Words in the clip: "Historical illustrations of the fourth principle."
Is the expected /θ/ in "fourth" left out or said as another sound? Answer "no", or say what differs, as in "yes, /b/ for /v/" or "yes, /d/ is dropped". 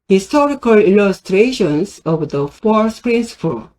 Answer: yes, /s/ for /θ/